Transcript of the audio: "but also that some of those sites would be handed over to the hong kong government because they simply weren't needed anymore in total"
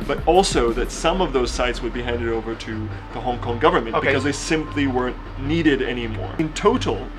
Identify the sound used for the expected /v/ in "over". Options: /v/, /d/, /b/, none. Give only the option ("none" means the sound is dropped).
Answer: /v/